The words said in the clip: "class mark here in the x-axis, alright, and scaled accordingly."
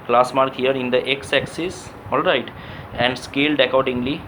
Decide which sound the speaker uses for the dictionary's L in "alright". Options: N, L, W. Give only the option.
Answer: L